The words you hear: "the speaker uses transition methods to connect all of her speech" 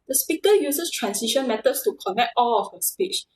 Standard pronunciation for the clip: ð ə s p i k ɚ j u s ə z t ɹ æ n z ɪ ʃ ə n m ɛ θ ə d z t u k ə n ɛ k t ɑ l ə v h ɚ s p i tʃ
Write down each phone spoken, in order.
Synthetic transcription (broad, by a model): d ə s p i k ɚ j u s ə s t ɹ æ n s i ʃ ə n m ɛ t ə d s t u k ə n ɛ k t ɑ l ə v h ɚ s p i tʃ